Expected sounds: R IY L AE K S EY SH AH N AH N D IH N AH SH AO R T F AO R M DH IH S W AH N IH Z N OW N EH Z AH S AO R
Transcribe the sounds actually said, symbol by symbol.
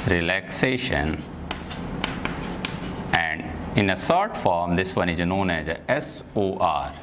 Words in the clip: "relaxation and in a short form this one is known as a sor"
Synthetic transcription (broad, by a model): R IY L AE K S EY SH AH N AH N D IH N AH S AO R T F AO R M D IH S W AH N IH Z N OW N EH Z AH S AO R